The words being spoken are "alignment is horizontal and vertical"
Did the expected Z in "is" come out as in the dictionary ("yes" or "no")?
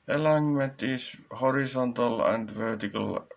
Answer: no